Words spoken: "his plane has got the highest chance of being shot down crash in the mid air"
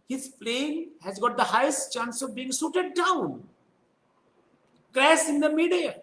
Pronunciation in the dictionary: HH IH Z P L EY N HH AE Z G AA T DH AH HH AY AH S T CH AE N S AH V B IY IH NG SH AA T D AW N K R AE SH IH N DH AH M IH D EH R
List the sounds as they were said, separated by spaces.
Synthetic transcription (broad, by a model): HH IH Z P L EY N HH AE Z G AA T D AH HH AY AH S T CH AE N S AH V B IY IH NG S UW T D AW N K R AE S IH N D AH M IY D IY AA